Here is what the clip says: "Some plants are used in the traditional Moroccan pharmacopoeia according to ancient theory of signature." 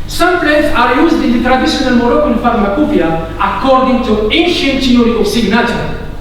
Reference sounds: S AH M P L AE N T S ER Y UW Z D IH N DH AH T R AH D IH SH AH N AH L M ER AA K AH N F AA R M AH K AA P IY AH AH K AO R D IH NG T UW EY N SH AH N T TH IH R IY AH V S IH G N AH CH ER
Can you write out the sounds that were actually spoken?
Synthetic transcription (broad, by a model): S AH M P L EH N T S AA Y UW Z D IH N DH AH T R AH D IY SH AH N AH L M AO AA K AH L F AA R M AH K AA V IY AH AH K AO R D IH NG T UW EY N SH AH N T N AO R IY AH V S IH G N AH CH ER